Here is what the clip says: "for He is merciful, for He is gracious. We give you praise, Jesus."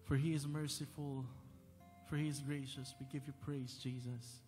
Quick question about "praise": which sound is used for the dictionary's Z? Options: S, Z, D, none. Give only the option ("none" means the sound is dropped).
Z